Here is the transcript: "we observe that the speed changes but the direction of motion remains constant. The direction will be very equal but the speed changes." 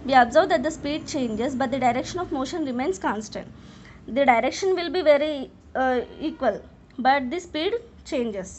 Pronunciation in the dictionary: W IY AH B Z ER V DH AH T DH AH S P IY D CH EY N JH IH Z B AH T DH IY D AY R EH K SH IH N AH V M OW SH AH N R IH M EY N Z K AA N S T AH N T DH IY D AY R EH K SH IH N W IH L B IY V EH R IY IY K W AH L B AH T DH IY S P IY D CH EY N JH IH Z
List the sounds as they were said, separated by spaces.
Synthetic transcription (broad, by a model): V IY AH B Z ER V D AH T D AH S P IY D CH EY N JH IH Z B AH T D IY D AY R EH K SH IH N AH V M OW SH AH N R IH M EY N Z K AA N S T AH N T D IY D AY R EH K SH IH N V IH L B IY V EH R IY IY K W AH L B AH T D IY S P IY D CH EY N JH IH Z